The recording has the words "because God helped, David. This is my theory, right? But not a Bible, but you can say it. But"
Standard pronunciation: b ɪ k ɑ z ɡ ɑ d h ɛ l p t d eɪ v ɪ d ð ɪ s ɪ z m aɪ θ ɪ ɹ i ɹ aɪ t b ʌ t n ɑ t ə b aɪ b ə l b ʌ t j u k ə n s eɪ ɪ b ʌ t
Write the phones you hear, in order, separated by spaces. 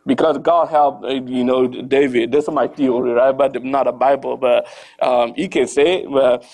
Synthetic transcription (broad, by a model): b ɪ k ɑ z ɡ ɑ d h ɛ l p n d eɪ v ɪ d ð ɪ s m aɪ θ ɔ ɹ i ɹ aɪ t b ʌ t n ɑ t ə b aɪ b ə l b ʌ t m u k ə n s eɪ ɪ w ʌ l